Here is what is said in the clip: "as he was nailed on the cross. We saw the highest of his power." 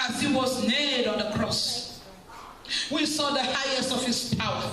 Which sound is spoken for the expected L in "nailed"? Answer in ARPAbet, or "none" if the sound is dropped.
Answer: none